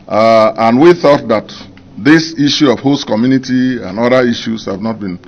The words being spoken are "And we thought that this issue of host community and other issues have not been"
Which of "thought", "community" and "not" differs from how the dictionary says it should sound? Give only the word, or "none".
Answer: none